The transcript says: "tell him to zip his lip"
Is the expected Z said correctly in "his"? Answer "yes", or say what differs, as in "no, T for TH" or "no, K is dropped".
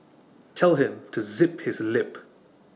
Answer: yes